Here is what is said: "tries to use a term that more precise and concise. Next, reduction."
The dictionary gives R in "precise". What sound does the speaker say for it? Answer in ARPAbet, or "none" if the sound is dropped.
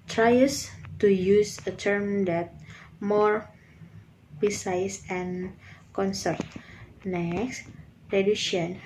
none